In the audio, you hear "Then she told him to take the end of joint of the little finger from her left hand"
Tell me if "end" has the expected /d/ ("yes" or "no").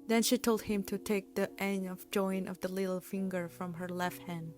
no